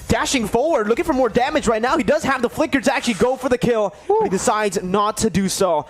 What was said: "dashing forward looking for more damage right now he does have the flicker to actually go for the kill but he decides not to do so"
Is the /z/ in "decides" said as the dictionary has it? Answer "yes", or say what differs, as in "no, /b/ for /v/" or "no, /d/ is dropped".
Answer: yes